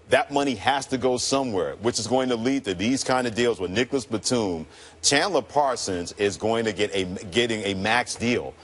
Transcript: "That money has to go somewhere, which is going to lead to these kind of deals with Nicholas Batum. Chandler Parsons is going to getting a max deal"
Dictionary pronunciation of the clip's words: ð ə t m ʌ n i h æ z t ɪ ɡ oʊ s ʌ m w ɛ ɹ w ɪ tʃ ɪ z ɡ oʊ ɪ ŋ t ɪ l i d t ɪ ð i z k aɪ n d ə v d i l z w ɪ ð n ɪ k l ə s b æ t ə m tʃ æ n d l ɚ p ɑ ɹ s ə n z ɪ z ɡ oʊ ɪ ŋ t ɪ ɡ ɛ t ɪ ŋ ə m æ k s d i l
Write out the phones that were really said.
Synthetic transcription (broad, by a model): ð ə t m ʌ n i h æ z t ɪ ɡ oʊ s ʌ m w ɛ ɹ w ɪ tʃ ɪ z ɡ oʊ ɪ ŋ t ɪ l i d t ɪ ð i z k aɪ n d ə v d i l z w ɪ ð n ɪ k l ə s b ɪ t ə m tʃ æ n l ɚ p ɑ ɹ s ə n z ɪ z ɡ oʊ ɪ ŋ t ɪ ɡ ɛ t ɪ ŋ ə m æ k s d i l